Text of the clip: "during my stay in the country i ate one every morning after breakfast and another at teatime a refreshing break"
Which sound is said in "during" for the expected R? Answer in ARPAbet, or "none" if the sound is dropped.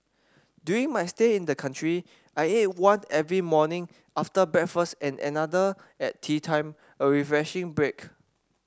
none